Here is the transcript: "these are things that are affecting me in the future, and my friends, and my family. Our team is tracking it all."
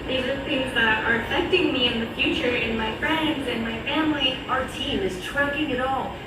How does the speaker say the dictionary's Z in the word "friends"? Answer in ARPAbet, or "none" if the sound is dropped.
Z